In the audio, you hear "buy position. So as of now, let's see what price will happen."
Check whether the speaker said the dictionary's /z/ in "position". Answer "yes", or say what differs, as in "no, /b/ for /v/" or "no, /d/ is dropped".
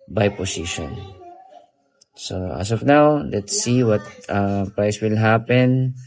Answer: no, /s/ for /z/